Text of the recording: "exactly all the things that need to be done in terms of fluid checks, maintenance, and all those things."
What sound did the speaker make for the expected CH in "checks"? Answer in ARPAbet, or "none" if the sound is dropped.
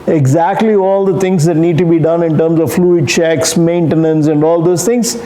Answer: CH